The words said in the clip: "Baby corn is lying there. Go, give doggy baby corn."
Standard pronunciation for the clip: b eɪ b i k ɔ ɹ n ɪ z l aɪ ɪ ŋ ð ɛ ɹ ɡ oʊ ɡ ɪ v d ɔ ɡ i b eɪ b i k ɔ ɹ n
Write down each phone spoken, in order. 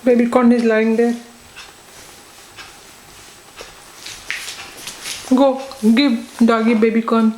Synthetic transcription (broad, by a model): b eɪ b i k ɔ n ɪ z l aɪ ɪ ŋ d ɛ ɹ ɡ oʊ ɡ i b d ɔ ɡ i b eɪ b i k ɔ n